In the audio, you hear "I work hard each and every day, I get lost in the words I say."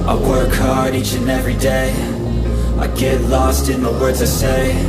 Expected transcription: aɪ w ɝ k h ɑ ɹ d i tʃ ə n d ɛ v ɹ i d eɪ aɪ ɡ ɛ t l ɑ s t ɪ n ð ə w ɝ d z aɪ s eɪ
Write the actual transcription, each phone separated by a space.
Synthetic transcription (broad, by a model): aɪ w ɝ k h ɑ ɹ d i tʃ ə n ɛ v ɹ i d eɪ aɪ ɡ ɛ t l ɑ s t ɪ n ð ə w ɝ d z aɪ s eɪ